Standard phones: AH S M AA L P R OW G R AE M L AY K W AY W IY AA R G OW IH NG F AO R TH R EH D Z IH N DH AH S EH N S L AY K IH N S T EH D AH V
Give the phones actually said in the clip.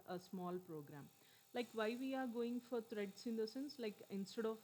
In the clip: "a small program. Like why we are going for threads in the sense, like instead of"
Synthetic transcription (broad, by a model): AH S M AA L P R OW G R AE M L AY K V AY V IY AA R G OW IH NG F AO R T R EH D S IH N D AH S EH N S L AY K IH N S T EH D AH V